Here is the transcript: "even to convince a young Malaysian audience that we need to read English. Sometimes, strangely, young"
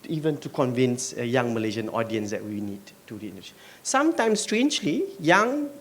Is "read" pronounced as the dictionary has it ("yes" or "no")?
no